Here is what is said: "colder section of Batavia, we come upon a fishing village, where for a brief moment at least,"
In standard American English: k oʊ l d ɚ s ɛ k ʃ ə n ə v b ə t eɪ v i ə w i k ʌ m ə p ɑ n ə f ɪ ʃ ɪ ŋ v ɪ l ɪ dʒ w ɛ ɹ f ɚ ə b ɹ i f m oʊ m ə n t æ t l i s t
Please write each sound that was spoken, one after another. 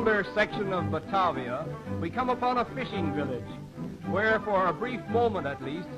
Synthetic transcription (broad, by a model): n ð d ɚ s ɛ k ʃ ə n ə v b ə t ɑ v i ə w i k ʌ m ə p ɑ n ə f ɪ ʃ ɪ ŋ v ɪ l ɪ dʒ w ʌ ɹ f ɚ ə b ɹ i f m oʊ m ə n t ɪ t l i s t